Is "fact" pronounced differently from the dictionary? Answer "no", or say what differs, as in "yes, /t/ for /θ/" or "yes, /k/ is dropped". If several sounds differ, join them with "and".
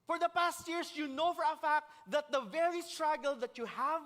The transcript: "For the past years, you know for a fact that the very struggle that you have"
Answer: no